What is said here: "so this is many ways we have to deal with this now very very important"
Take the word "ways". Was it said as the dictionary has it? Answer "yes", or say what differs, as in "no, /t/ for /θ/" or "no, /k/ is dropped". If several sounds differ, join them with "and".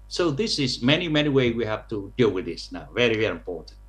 no, /z/ is dropped